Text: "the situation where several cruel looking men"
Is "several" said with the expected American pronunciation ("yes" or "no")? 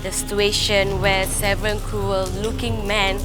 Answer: no